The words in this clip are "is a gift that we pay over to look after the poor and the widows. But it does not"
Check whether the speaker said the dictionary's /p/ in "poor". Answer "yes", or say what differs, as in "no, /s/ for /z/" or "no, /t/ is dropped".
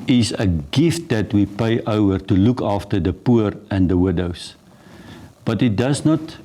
yes